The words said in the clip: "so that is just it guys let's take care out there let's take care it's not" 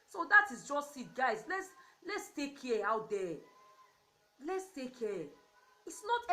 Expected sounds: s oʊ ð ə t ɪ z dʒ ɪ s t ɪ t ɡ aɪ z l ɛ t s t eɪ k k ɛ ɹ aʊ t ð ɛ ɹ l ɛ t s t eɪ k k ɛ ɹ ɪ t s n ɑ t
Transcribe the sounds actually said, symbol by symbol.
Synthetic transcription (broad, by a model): s oʊ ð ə t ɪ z dʒ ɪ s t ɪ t ɡ aɪ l l ɛ t s t eɪ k k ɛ aʊ t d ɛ l ɛ t s t eɪ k k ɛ ɪ t s n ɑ t